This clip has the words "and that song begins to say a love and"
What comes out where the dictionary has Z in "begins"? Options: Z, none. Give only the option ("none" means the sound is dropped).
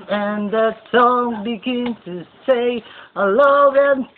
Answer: none